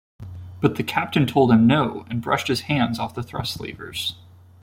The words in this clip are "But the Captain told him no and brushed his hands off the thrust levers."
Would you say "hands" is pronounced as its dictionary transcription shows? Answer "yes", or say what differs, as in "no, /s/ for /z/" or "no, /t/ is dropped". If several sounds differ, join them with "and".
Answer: yes